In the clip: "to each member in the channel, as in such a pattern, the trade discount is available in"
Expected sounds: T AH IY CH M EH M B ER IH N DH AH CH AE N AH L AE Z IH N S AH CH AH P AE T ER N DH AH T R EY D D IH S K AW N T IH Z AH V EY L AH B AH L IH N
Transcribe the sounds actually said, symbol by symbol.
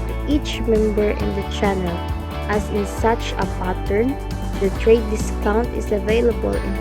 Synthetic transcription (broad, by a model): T IY CH M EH M B ER IH N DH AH CH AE N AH L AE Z IH N S AH CH AH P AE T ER N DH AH T R EY D D IH S K AW N T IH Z AH V EY L AH B AH L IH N